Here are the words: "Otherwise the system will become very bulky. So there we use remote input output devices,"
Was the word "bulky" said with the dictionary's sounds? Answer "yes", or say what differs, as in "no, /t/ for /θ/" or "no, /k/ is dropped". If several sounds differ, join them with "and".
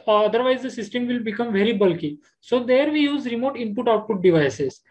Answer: yes